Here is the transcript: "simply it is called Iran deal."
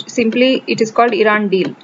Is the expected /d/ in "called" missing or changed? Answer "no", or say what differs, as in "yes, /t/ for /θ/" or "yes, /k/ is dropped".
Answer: no